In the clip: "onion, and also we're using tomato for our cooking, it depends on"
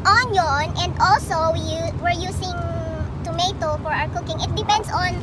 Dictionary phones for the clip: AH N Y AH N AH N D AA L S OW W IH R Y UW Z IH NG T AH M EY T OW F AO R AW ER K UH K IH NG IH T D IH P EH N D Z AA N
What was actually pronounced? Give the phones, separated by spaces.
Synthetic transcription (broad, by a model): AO N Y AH N AH N D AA L S OW W IH R Y UW S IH NG T AH M EY T OW F AO R AW ER K UH K IH NG IH T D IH P EH N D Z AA N